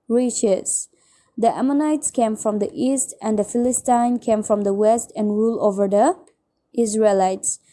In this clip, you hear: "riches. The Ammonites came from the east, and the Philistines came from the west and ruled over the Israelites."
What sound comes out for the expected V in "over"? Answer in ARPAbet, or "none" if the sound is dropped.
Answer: V